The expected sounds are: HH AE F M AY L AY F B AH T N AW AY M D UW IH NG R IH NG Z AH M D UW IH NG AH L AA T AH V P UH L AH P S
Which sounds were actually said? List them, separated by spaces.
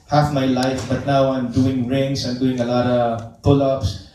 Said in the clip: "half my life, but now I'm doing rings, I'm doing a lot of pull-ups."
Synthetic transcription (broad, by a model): HH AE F M AY L AY F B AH T N AW AY M D UW IH NG R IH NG S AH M D UW IH NG AH L AA T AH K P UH L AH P S